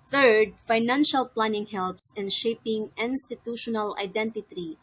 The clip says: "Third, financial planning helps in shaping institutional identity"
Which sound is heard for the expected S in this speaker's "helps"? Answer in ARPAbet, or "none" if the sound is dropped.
S